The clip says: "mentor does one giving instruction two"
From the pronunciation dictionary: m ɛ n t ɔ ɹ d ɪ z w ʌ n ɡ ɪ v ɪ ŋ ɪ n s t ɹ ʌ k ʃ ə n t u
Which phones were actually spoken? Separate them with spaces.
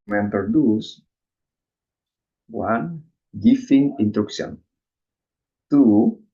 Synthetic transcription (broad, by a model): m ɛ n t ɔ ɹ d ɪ s w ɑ n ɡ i f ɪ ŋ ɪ n t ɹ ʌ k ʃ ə n t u